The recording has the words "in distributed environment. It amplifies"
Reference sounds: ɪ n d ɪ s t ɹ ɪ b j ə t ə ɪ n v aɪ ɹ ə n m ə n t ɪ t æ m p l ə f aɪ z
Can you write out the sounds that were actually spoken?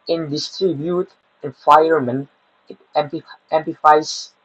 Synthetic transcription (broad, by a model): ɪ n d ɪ s t ɹ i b j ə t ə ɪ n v aɪ ə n m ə n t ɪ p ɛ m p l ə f aɪ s